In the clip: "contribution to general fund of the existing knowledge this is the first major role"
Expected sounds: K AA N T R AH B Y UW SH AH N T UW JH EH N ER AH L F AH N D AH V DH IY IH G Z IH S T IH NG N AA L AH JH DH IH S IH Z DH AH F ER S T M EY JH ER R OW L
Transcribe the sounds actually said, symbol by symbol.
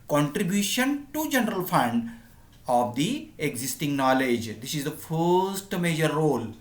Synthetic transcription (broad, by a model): K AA N T R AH B Y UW SH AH N T UW JH EH N ER AH L F AH N D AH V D IY IH G Z IH S T IH NG N AA L AH JH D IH S IH Z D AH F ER S T M EY JH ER R OW L